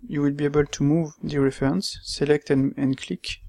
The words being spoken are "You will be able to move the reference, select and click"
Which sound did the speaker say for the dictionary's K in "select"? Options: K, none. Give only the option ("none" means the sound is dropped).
K